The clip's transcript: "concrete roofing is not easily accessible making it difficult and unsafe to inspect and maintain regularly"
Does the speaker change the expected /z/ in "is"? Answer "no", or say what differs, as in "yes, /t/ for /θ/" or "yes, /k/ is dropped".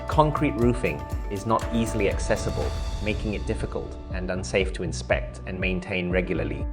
no